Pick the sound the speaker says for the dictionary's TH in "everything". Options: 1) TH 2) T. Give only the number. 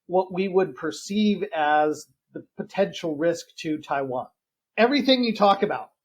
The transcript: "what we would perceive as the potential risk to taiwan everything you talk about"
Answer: 1